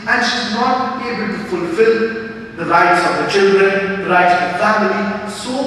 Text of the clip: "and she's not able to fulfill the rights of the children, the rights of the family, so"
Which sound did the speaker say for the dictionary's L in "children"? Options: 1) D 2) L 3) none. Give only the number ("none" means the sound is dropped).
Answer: 2